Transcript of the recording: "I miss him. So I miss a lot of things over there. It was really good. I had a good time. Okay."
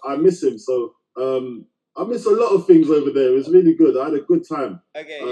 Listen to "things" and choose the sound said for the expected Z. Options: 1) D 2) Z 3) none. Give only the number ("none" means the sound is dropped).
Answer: 2